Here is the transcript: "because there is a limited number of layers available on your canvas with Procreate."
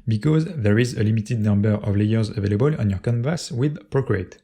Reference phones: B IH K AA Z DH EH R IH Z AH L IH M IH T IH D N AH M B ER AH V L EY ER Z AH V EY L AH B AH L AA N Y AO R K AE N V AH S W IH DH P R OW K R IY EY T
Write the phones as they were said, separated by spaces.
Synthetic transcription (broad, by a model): B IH K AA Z DH EH R IH Z AH L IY M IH T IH D N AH M B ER AH V L EY ER Z AH V EY L AH B AH L AA N Y AO R K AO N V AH S W IH DH P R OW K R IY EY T